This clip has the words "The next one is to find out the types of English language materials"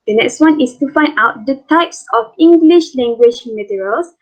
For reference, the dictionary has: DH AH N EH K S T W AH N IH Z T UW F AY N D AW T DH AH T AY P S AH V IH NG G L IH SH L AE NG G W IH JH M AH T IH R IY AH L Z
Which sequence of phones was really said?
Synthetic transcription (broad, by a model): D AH N EH K S T W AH N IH S T UW F AY N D AW T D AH T AY P S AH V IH NG G L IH SH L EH NG G W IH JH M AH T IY R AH L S